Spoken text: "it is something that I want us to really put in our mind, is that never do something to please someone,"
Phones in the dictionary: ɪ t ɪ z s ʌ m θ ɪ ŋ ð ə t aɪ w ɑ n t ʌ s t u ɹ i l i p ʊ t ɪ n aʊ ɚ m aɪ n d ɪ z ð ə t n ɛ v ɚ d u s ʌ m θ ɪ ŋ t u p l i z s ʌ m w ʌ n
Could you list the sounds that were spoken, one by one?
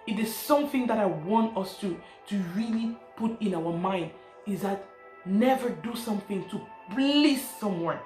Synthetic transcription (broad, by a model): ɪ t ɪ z s ʌ m θ ɪ ŋ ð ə t aɪ w ɑ n t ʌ s t u ɹ i l i p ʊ t ɪ n aʊ ɚ m aɪ n d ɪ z ð ə t n ɛ v ɚ d u s ʌ m θ ɪ ŋ t u b l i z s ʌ m w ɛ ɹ